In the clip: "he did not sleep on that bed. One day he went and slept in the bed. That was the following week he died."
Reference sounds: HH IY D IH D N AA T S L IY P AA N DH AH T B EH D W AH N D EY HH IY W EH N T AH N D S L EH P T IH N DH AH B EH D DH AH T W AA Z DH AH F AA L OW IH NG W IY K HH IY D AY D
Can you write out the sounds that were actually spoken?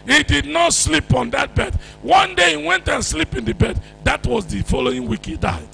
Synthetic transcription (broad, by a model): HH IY D IH D N AA T S L IY P AA N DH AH T B EH D W AH N D EY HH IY W EH N T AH N S L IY P IH N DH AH B EH D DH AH T W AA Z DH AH F AA L OW IH NG W IY K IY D AY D